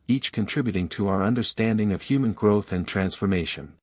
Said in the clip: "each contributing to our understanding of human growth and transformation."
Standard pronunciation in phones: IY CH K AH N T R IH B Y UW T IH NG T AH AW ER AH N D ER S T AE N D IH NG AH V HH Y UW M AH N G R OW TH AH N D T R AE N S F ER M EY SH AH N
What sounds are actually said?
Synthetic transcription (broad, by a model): IY CH K AH N T R IH B Y UW T IH NG T AH AW ER AH N D ER S T AE N D IH NG AH V HH Y UW M AH N G R OW TH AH N T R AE N S F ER M EY SH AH N